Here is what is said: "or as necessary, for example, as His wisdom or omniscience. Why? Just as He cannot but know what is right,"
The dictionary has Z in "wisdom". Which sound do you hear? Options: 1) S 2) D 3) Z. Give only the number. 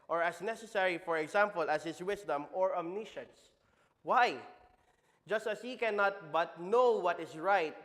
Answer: 1